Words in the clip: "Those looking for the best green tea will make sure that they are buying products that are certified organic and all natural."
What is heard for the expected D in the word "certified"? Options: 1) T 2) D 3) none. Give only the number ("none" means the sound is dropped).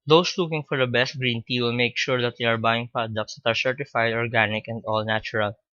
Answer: 2